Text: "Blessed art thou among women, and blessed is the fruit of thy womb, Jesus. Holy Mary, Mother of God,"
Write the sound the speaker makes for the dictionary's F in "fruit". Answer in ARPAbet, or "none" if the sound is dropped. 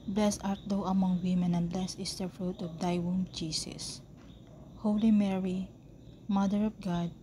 F